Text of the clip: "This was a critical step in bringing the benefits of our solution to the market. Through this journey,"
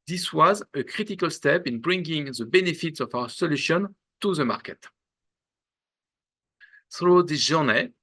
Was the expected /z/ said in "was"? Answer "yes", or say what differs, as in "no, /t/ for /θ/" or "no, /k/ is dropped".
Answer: yes